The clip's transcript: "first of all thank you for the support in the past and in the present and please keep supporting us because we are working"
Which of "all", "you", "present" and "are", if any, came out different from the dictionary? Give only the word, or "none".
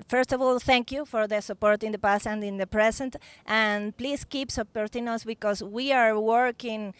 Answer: present